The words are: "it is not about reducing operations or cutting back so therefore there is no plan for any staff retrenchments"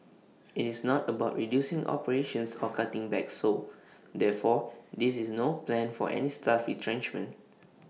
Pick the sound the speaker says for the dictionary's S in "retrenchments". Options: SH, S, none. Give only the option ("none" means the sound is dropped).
none